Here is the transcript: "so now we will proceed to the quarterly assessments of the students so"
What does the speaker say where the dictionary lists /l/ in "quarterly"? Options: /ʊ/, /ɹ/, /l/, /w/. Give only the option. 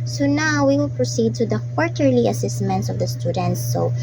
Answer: /l/